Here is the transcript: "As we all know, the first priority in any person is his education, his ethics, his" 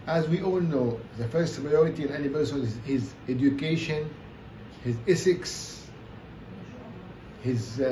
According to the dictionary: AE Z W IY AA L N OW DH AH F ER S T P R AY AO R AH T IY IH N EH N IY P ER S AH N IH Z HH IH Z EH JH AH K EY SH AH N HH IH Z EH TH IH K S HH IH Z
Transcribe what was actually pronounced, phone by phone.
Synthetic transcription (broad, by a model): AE Z W IY AA L N OW DH AH F ER S T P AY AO R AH T IY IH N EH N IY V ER S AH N IH Z HH IH Z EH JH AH K EY SH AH N HH IH Z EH S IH K S HH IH Z